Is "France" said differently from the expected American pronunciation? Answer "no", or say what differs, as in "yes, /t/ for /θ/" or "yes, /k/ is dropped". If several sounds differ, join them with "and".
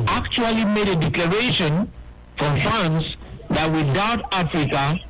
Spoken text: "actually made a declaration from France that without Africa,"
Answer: yes, /ɹ/ is dropped